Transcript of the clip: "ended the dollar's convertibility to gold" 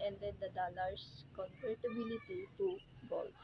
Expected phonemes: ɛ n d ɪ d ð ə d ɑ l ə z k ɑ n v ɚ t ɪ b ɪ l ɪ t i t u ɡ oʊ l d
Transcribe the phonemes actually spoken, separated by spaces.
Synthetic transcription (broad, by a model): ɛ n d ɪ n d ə d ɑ l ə s k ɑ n p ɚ t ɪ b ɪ l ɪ t i t u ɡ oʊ l